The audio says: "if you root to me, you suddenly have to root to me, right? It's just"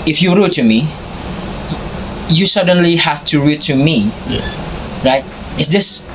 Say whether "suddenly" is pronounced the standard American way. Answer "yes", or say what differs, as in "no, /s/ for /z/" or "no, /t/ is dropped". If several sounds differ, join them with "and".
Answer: yes